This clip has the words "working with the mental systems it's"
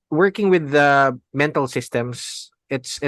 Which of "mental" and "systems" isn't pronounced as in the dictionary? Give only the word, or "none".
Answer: systems